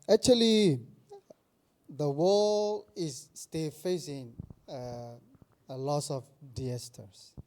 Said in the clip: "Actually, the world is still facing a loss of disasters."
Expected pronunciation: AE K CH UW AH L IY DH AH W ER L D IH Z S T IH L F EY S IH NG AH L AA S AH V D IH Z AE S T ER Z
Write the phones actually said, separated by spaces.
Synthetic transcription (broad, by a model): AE K CH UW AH L IY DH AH W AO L IH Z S T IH L F EY S IH NG AH L AA S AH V D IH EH S T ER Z